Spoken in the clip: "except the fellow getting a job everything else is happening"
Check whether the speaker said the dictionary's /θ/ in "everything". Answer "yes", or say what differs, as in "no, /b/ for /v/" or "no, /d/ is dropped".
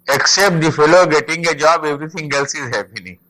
no, /t/ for /θ/